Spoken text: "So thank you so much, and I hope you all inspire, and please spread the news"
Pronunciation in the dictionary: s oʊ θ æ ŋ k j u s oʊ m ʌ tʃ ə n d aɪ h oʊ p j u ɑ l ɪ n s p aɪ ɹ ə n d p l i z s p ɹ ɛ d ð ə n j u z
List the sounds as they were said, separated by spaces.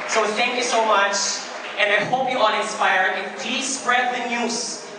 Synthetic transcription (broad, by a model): s oʊ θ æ ŋ k j u s oʊ m ʌ tʃ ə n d aɪ h oʊ p j u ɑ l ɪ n s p aɪ ɹ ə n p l i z s p ɹ ɛ d ð ə n j u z